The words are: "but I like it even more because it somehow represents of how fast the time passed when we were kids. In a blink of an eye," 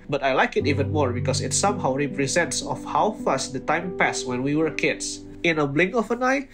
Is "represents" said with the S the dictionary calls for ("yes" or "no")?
yes